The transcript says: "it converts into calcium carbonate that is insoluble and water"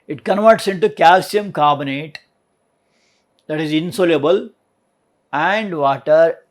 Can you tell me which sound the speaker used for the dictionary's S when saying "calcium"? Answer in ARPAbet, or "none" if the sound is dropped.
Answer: S